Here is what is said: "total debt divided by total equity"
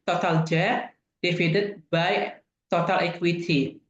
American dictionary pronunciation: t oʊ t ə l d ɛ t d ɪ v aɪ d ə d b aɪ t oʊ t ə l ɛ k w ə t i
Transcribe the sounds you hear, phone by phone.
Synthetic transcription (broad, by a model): t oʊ t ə l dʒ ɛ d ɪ f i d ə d b aɪ t oʊ t ə l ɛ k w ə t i